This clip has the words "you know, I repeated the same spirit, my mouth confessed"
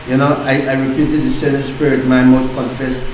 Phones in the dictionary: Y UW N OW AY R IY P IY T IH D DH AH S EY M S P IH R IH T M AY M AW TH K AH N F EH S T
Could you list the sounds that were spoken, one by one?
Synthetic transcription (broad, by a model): Y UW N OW AY R IY P IY T IH D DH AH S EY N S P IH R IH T M AY M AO S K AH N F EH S